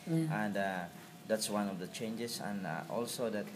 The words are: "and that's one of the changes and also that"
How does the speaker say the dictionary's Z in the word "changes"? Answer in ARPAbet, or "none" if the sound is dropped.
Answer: S